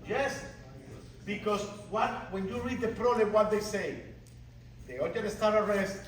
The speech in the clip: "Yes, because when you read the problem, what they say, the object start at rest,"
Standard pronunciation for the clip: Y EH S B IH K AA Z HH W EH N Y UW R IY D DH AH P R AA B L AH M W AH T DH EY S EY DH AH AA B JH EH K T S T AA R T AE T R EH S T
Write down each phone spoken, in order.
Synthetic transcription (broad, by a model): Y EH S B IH K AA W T W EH N Y UW R IY D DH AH P R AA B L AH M W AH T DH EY S EY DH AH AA JH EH T S T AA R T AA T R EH S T